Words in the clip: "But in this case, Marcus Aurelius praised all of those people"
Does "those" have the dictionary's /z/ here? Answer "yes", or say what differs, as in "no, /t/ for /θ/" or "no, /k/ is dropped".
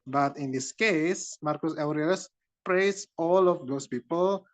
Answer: no, /s/ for /z/